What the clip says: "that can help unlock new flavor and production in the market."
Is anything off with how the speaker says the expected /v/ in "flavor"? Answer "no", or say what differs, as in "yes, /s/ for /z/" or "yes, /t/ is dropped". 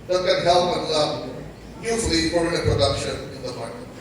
yes, /p/ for /v/